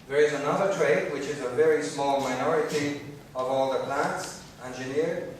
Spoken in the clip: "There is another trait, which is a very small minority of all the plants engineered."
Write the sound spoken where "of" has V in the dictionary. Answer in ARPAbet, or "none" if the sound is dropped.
V